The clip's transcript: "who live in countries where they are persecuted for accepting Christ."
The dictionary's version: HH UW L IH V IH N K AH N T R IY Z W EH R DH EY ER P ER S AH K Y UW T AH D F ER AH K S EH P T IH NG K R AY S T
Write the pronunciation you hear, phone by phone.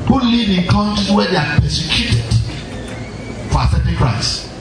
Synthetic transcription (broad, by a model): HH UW L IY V IH N K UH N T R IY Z W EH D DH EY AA P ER S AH K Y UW T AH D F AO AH S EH T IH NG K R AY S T